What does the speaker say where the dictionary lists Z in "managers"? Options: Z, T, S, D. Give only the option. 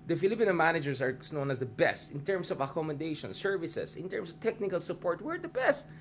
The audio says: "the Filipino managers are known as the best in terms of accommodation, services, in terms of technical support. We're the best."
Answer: S